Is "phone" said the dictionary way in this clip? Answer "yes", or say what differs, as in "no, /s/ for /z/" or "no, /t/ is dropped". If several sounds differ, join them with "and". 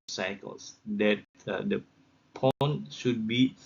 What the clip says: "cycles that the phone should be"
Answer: no, /p/ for /f/